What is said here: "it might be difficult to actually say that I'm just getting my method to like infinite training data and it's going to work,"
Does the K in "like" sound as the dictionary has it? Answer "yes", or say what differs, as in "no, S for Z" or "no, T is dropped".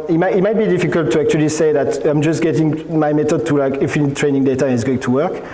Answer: yes